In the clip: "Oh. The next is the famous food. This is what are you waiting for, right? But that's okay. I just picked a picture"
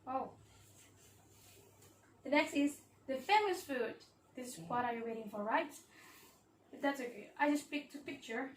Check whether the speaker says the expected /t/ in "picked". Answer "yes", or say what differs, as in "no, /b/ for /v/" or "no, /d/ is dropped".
yes